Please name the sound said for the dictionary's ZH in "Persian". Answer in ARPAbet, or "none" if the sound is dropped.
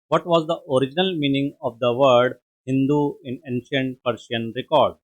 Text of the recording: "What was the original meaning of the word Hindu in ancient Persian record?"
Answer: SH